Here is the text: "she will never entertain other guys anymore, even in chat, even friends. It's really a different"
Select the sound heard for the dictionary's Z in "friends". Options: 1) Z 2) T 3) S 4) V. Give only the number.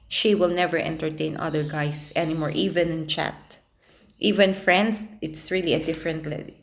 3